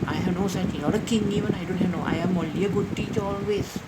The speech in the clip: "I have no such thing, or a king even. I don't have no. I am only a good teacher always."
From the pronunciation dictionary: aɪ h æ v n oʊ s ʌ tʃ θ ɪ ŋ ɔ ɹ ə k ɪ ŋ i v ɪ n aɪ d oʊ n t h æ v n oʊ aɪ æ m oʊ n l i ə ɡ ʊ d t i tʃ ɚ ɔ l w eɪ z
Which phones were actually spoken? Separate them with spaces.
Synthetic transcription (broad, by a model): aɪ h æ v n oʊ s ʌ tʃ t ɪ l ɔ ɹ ə k ɪ ŋ i v ɪ n aɪ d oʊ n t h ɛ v n oʊ aɪ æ m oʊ l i ə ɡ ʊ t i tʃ ɔ l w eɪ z